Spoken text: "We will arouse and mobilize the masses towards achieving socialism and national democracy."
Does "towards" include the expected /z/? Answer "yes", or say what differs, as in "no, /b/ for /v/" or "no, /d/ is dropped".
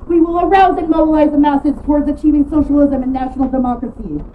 yes